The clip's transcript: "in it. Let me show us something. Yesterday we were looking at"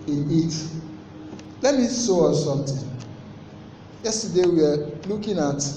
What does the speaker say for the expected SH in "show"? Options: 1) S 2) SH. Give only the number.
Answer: 1